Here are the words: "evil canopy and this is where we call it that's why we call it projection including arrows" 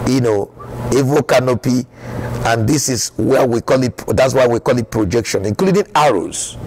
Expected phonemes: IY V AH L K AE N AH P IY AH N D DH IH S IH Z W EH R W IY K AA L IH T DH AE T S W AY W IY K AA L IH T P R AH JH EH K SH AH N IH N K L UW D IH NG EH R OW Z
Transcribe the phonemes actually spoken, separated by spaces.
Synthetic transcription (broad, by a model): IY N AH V K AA N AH P IY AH N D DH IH S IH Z W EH W IY K AA L IH T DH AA T S W AY W IY K AA L IH T P R AH JH EH K SH AH N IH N K L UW D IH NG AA R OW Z